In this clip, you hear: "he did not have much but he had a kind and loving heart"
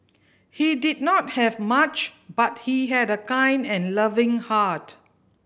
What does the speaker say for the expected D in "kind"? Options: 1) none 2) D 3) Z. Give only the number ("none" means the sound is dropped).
2